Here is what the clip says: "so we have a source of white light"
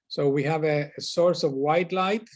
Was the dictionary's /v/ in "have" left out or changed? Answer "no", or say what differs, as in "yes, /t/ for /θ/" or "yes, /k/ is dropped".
no